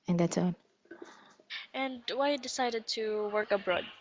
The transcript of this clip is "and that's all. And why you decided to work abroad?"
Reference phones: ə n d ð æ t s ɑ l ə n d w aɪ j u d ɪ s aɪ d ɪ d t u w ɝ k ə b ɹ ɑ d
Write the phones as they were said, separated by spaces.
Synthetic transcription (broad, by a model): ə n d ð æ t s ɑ n ə n d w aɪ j d ɪ s aɪ d ɪ d t u w ɝ k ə b ɹ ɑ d